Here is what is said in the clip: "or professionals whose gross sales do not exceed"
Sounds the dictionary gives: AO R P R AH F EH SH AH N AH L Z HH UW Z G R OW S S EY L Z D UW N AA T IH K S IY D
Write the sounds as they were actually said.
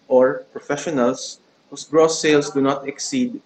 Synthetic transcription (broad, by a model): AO R P R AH F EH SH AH N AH L S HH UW S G R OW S S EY L S D UW N AA T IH K S IY D